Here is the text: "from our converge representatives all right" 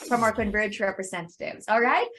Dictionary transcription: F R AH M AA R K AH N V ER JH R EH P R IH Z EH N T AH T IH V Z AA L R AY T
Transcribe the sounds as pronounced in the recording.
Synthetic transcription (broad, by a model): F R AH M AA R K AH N B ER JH R EH P R IH Z EH N T AH T IH V Z AA L R AY T